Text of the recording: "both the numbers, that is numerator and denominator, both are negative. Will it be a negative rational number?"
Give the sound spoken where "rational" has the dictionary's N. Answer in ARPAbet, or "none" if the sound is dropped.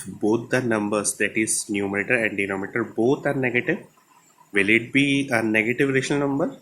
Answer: none